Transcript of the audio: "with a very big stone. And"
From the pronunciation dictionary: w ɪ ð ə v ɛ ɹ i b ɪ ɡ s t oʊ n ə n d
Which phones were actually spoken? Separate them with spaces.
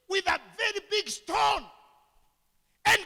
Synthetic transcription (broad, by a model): w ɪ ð ə v ɛ ɹ i b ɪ ɡ s t oʊ n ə n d